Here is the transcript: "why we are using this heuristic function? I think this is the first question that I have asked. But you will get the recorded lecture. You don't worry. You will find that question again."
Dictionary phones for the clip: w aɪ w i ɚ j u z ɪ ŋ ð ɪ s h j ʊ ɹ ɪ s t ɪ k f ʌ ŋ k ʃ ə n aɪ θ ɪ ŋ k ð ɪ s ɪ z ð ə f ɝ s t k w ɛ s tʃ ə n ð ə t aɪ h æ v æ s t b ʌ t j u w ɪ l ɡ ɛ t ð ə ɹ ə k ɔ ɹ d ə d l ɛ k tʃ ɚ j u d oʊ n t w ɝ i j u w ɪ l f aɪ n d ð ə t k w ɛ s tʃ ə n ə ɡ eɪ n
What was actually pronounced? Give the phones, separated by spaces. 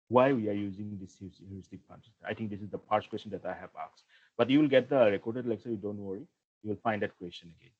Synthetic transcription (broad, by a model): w aɪ w i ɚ j u z ɪ ŋ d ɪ s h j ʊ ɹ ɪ s t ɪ k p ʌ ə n aɪ t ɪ ŋ k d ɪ s ɪ z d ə p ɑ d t k w ɛ s tʃ ə n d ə t aɪ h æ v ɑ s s b ʌ t j u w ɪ l ɡ ɛ t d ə ɹ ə k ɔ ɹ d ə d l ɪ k s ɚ j u d oʊ n t w ɝ i j u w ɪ l f aɪ n d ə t k w ɛ s tʃ ə n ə ɡ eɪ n